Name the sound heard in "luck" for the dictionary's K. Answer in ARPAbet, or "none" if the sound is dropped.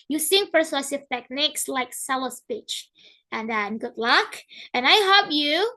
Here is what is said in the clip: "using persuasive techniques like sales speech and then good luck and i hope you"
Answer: K